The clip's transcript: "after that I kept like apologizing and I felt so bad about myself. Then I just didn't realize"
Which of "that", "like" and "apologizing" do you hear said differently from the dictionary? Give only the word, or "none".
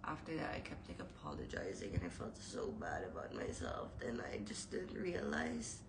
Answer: none